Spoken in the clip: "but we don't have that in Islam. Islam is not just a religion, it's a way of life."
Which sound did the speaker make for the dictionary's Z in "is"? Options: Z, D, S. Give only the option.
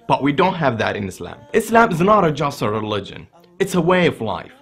Z